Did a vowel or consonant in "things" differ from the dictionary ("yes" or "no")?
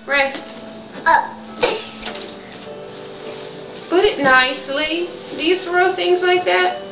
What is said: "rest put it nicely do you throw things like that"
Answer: no